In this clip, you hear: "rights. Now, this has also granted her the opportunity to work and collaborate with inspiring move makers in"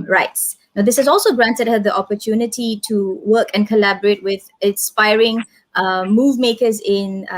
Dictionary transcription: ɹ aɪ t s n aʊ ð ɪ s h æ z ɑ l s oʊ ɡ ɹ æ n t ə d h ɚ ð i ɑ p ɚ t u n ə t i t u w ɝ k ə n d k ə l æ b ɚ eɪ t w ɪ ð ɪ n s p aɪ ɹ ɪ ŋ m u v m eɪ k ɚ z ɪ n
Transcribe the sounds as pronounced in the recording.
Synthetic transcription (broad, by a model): ɹ aɪ t s n aʊ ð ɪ s h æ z ɑ l s oʊ ɡ ɹ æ n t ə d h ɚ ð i ɑ p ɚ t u n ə t i t u w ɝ k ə n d k ə l æ b ɚ eɪ t w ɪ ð ɪ n s p aɪ ɹ ɪ ŋ m u v m eɪ k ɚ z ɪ n